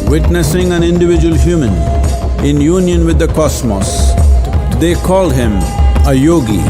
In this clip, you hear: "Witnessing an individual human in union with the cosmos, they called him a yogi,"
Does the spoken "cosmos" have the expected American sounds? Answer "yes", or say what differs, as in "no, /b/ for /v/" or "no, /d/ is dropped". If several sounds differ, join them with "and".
no, /s/ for /z/